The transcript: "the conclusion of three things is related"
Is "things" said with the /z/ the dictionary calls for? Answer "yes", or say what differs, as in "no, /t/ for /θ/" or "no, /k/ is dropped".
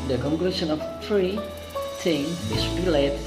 no, /z/ is dropped